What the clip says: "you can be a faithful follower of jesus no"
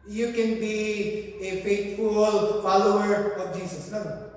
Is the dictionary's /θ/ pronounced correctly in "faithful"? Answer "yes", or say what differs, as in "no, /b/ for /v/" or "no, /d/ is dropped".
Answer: no, /t/ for /θ/